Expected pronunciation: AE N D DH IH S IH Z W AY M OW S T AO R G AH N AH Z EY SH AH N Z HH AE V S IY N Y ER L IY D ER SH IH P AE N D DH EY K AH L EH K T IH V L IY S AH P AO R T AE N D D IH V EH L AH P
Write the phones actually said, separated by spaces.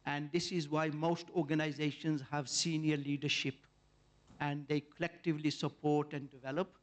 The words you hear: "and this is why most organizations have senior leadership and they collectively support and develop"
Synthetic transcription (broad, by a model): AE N D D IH S IH Z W AY M OW S T AO R G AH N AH Z EY SH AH N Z HH AE V S IY N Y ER L IY D ER SH IH P AE N D EY K AH L EH K T IH V L IY S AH P AO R T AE N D D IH V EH L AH P